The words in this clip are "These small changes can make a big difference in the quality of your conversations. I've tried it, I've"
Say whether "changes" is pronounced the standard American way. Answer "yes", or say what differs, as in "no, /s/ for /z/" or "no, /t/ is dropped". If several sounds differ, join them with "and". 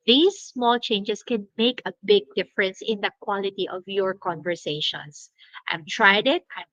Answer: no, /s/ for /z/